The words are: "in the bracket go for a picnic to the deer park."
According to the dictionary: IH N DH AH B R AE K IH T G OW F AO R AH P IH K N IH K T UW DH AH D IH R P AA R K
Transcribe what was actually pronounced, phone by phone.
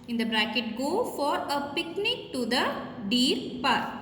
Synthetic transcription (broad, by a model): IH N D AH B R AE K IH T G OW F AO R AH P IH K N IH K T UW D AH D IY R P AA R